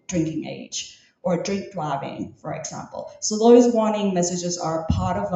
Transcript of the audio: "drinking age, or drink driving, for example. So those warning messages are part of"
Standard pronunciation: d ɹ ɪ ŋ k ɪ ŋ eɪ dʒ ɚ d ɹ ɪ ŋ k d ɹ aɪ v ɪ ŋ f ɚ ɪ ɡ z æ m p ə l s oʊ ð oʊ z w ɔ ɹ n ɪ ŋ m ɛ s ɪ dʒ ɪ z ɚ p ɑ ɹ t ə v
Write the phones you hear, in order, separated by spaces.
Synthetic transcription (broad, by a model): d ɹ ɪ ŋ k ɪ ŋ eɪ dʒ ɚ d ɹ ɪ ŋ k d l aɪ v ɪ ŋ f ɚ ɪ ɡ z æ m p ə l s oʊ ð oʊ z w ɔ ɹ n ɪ ŋ m ɛ s ɪ dʒ ɪ z ɚ p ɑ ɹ t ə v